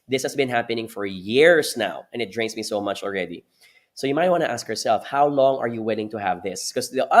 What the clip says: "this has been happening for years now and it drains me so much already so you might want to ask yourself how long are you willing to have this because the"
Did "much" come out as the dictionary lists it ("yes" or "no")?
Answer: yes